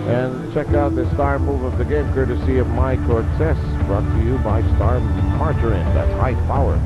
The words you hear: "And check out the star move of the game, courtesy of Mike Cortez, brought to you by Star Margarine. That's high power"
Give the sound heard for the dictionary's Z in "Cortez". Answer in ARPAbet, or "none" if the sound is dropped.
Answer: S